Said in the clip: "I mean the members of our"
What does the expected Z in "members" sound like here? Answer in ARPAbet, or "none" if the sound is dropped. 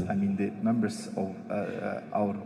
S